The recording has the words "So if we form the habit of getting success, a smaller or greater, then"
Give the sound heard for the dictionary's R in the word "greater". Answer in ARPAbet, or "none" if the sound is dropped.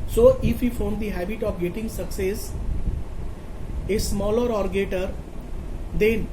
none